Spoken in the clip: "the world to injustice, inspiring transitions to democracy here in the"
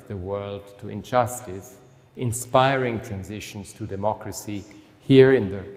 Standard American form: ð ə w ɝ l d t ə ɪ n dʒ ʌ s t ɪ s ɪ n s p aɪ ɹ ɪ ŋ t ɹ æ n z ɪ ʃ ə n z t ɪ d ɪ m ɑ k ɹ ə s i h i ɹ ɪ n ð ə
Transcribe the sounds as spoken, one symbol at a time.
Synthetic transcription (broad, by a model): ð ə w ɝ l d t ə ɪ n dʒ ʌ s t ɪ s ɪ n s p aɪ ɹ ɪ ŋ t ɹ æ n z ɪ ʃ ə n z t ɪ d ɪ m ɑ k ɹ ə s i h i ɹ ɪ n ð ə